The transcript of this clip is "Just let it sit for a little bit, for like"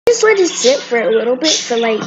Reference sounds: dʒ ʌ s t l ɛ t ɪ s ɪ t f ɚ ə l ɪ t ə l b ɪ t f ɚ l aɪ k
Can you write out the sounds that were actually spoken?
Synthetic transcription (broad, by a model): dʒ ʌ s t w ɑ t ɪ s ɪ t f ɚ ə l ɪ t l b ɪ t f ɚ l aɪ k